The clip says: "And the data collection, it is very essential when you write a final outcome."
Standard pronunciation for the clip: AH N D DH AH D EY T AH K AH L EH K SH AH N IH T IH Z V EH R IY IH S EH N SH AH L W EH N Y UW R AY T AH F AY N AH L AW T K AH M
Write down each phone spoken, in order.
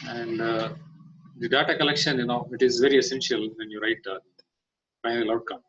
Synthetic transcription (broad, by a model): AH N D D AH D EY T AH K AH L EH K SH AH N IH T IH Z V EH R IY IH S EH N SH AH L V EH N Y UW R AY T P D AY AH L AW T K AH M